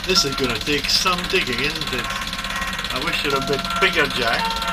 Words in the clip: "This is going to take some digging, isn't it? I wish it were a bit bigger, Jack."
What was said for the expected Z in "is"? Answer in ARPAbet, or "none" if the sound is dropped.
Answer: Z